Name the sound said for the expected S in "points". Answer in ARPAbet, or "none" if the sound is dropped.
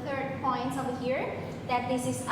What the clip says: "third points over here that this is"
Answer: S